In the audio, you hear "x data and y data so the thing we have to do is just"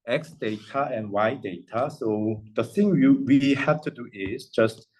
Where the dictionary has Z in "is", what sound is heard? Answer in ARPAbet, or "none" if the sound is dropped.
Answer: S